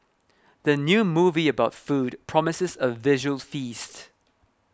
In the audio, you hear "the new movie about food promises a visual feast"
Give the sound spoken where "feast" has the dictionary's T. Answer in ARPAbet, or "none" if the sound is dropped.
T